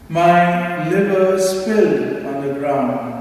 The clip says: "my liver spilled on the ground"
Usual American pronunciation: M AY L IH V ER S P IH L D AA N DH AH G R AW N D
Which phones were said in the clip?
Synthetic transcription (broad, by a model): M AY L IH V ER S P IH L AA N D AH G R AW N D